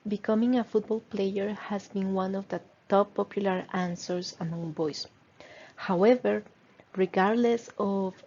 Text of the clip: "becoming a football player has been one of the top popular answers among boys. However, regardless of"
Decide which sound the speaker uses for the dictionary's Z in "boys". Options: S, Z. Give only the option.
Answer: S